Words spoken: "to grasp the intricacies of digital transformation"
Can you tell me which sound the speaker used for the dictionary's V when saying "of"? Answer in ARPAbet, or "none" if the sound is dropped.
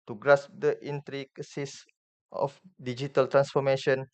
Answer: F